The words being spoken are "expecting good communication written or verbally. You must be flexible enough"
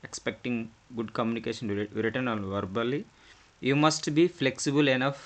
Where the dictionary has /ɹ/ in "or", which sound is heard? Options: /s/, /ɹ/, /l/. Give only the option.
/l/